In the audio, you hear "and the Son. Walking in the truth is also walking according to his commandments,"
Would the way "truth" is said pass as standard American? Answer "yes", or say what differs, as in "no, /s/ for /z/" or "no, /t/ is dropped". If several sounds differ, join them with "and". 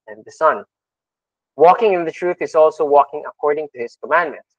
yes